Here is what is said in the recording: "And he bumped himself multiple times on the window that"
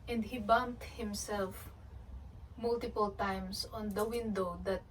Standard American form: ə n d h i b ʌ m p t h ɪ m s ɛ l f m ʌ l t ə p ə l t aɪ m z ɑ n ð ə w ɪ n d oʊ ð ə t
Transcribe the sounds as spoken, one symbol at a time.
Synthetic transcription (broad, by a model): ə n d h i b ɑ m t h ɪ m s ɛ l f m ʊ l t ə p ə l t aɪ m s ɑ n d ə w ɪ n d oʊ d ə t